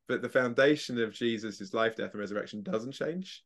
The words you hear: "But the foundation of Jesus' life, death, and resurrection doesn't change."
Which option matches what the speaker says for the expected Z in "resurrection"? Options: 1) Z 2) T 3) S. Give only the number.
1